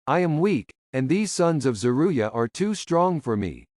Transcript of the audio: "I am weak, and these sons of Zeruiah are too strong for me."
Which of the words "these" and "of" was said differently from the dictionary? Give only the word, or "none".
none